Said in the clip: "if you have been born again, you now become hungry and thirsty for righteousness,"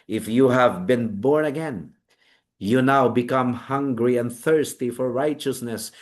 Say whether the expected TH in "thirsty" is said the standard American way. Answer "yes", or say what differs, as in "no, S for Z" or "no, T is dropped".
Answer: yes